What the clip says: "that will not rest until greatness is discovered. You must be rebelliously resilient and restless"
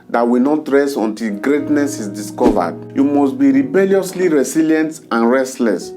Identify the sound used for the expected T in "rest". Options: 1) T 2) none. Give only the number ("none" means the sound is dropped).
2